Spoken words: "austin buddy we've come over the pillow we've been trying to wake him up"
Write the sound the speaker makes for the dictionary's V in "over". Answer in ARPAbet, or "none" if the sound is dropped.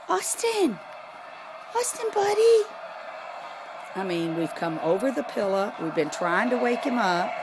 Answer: V